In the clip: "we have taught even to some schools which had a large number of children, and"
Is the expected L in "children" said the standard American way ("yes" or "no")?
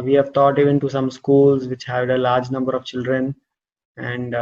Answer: yes